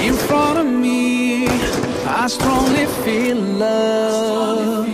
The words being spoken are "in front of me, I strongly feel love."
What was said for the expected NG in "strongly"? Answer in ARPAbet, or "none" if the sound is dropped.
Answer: NG